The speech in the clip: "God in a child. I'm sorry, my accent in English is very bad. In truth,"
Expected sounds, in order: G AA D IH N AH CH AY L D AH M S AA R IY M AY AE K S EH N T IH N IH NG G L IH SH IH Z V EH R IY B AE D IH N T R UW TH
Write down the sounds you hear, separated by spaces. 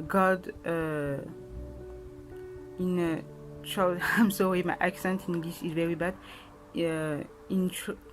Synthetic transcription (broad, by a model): G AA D IH N AH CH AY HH AH M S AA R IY M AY AE K S EH N T IH N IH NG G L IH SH IH Z V EH R IY B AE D IH N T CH